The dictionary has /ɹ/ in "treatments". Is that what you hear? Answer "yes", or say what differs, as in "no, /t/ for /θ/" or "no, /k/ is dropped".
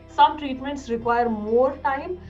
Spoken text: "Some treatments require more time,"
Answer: yes